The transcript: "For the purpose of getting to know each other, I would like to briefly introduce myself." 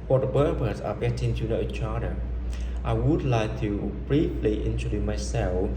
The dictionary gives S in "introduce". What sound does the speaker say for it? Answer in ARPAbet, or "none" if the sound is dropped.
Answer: none